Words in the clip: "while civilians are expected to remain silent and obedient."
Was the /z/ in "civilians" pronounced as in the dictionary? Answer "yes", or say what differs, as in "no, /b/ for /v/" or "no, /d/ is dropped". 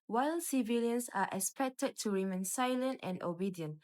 no, /s/ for /z/